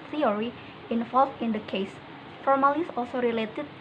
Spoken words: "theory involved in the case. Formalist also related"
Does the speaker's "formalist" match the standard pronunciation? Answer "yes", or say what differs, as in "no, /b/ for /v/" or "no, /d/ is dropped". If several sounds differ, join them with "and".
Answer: no, /t/ is dropped